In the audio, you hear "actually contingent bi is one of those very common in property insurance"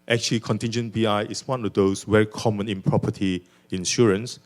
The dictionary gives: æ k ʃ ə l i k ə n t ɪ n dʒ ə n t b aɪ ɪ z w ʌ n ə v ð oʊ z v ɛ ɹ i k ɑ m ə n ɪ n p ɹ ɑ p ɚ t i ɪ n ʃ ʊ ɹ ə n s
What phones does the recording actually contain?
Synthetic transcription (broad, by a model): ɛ k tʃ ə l i k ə n t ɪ n dʒ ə n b aɪ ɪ s w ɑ n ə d oʊ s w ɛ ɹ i k ɑ m ə n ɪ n p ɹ ɑ p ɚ t i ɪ n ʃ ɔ ɹ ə n s